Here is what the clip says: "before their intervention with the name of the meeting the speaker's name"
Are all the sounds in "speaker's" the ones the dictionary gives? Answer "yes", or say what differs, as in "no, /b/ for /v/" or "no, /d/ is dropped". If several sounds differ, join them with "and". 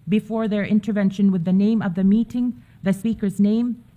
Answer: yes